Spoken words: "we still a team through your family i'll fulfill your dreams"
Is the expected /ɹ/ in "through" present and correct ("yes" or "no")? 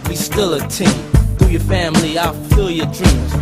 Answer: no